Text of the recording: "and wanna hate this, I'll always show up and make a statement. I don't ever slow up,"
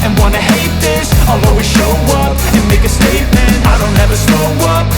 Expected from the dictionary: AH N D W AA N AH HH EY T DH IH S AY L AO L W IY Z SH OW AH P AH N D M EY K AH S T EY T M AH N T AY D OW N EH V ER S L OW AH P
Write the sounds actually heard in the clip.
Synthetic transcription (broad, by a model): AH N W AA N AH HH EY T DH IH S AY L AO W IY SH OW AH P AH N M EY K AH S T EY T M AH N T AY D OW N EH V ER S OW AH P